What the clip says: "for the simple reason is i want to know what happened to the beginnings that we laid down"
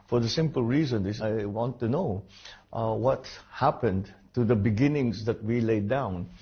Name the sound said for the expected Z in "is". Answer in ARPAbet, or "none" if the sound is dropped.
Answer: S